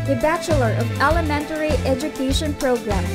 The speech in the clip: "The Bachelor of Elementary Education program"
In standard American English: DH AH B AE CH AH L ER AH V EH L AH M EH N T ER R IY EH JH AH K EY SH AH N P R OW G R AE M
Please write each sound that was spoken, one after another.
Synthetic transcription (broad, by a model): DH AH B AE CH AH L ER AH V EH L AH M EH N T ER R IY EH JH AH K EY SH AH N P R OW G R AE M